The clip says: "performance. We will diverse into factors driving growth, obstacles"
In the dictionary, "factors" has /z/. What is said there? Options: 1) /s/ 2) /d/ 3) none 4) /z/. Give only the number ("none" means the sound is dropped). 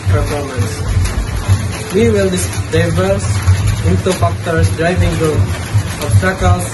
1